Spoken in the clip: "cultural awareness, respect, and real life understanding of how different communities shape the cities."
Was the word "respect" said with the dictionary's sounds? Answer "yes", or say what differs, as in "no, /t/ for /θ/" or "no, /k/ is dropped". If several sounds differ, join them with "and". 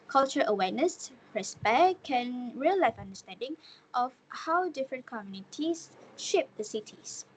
no, /t/ is dropped